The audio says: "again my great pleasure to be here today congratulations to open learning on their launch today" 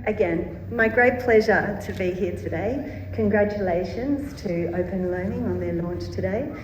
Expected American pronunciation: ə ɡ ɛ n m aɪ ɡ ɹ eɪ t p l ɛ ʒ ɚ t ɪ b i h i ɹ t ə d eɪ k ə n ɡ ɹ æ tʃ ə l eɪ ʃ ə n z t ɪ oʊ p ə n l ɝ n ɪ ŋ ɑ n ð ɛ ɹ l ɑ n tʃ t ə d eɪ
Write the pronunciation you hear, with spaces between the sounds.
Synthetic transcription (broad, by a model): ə ɡ ɛ n m aɪ ɡ ɹ eɪ t p l ɛ ʒ ɚ t ɪ b i h i ɹ t ə d eɪ k ə n ɡ ɹ æ tʃ ə l eɪ ʃ ə n z t ɪ oʊ p ə n l ɝ n ɪ ŋ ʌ n ð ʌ ɹ l ɑ n tʃ t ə d eɪ